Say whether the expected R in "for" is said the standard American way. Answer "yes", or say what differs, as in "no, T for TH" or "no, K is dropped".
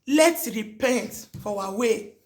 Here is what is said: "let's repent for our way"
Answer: no, W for R